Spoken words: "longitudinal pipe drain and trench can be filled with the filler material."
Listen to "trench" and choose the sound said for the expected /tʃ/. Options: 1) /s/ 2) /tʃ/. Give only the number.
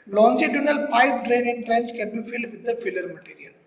1